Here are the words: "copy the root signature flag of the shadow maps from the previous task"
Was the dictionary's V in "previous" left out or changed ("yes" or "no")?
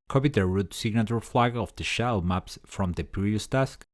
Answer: yes